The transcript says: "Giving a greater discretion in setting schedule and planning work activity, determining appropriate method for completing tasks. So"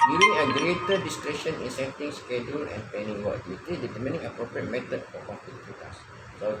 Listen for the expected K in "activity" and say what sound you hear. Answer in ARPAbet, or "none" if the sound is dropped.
none